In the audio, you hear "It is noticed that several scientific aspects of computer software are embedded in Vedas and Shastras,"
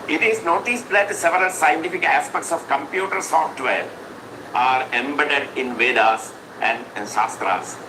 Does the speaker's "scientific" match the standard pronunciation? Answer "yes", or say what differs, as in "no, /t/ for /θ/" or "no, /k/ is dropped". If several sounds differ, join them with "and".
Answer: yes